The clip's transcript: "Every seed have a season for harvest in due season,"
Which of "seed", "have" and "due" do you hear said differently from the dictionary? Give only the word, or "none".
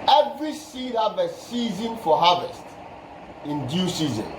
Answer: have